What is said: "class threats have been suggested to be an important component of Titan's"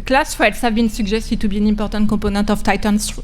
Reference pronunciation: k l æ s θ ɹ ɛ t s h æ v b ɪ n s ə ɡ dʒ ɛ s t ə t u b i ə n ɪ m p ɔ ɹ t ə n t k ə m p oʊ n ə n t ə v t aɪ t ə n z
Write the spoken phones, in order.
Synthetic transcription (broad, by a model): k l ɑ s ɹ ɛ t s h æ v b ɪ n s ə ɡ ʒ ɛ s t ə t u b i n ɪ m p ɔ ɹ t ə t k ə p oʊ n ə t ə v t aɪ t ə n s